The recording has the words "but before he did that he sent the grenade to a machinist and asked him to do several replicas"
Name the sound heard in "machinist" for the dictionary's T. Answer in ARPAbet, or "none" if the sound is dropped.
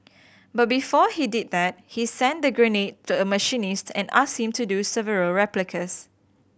T